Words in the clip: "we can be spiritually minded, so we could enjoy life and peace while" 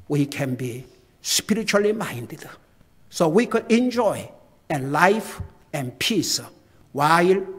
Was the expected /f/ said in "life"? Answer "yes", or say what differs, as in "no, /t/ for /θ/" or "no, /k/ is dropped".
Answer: yes